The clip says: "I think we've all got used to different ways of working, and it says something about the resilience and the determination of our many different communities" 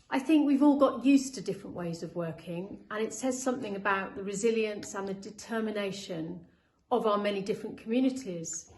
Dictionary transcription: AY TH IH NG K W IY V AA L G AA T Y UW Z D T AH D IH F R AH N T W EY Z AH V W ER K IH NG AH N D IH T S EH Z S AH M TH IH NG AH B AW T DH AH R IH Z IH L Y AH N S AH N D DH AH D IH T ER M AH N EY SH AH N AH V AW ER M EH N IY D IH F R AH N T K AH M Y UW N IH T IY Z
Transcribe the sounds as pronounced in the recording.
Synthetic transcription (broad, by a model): AY TH IH NG K W IY V AA L G AA T Y UW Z T AH D IH F R AH N T W EY Z AH V W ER K IH NG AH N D IH T S EH Z S AH M TH IH NG AH B AW T DH AH R IH Z IH L Y AH N S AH N DH AH D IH T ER M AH N EY SH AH N AH V AW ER M EH N IY D IH F R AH N K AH M Y UW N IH T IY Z